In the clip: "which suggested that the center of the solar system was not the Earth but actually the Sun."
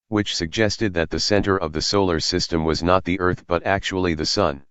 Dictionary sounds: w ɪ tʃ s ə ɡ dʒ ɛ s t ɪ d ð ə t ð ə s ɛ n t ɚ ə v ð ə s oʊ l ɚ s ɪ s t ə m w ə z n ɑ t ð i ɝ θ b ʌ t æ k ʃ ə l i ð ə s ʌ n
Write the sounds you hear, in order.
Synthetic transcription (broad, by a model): w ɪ tʃ s ə ɡ dʒ ɛ s t ɪ d ð ə t ð ə s ɛ n t ɚ ə v ð ə s oʊ l ɚ s ɪ s t ə m w ə z n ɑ t ð i ɝ θ b ʌ t æ k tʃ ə l i ð ə s ʌ n